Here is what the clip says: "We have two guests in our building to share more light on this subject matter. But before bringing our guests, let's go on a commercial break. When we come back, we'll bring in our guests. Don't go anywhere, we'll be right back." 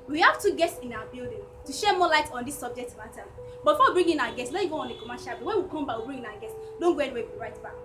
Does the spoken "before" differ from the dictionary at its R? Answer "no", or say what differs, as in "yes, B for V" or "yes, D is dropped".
yes, W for R